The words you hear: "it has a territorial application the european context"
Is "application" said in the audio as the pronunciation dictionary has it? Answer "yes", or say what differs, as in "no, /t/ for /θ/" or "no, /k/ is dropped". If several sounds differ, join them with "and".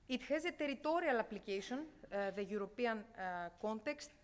no, /s/ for /ʃ/